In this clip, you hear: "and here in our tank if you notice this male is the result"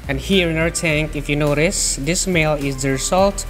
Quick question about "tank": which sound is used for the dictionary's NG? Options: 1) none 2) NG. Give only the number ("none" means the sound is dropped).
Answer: 2